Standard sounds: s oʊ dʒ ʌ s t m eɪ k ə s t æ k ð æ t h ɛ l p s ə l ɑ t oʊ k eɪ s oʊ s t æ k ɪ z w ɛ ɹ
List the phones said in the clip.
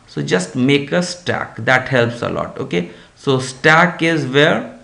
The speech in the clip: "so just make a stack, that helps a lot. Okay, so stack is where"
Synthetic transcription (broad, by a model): s oʊ dʒ ʌ s t m eɪ k ə s t æ k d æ t h ɛ l p s ə l ɑ t oʊ k eɪ s oʊ s t æ k ɪ z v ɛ ɹ